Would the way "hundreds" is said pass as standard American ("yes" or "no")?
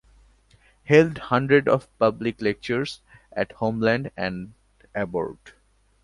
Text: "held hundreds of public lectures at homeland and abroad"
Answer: no